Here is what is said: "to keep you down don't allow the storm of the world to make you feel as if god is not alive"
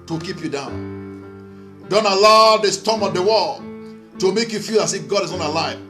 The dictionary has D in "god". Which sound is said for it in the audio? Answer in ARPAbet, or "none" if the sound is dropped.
D